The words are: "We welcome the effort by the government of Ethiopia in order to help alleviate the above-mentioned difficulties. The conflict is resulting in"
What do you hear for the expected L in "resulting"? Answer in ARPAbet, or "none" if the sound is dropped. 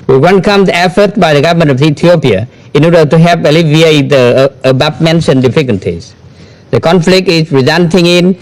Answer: N